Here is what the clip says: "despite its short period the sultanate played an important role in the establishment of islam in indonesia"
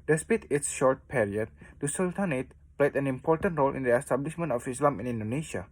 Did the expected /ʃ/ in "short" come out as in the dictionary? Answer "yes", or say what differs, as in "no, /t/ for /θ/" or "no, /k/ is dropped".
yes